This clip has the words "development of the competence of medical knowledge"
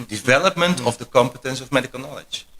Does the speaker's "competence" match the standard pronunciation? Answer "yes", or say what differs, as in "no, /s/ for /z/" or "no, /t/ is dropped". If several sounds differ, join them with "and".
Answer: yes